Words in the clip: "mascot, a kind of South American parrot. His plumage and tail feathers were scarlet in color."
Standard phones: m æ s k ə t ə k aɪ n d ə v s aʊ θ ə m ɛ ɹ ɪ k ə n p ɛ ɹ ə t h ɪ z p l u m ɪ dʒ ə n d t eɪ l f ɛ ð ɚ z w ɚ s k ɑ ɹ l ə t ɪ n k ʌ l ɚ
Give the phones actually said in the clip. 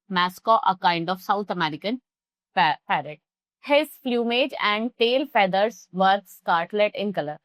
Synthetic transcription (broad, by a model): m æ s k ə t ə k aɪ n d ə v s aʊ t ə m ɛ ɹ ɪ k ə n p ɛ ɹ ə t h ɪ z f l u m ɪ dʒ ə n d t eɪ l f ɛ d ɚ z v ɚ s k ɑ ɹ l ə t ɪ n k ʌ l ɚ